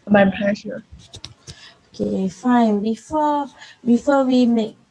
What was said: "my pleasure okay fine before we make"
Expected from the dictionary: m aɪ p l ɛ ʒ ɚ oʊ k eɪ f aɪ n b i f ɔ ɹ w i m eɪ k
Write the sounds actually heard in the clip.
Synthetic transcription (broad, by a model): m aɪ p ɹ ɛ ʃ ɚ oʊ k eɪ f aɪ n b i f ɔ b w i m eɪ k